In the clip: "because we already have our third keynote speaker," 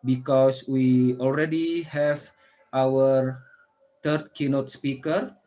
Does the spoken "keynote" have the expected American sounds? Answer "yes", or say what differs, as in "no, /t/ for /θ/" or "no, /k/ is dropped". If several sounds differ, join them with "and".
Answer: yes